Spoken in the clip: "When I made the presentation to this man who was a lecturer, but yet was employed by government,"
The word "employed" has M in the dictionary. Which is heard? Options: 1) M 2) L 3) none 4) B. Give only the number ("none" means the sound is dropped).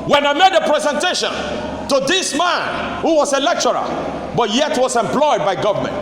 1